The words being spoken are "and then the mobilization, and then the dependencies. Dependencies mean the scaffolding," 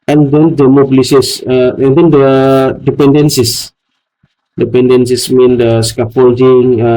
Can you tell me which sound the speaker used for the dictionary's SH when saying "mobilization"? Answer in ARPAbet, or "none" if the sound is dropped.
S